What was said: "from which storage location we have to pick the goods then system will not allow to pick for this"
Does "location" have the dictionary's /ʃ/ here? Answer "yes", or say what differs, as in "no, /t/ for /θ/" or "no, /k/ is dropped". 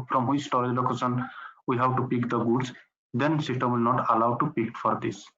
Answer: no, /s/ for /ʃ/